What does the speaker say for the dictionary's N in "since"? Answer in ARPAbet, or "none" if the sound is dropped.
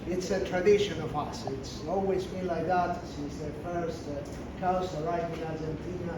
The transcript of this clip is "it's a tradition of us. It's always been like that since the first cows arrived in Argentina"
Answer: none